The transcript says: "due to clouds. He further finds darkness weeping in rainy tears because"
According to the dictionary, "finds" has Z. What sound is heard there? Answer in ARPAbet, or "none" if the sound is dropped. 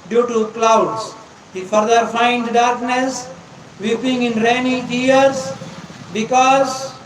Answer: none